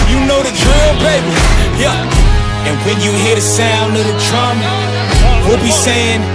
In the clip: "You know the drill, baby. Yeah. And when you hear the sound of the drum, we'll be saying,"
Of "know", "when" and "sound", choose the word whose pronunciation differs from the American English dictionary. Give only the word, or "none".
sound